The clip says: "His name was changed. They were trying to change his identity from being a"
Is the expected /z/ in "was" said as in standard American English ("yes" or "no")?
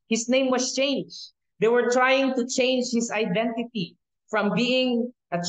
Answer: no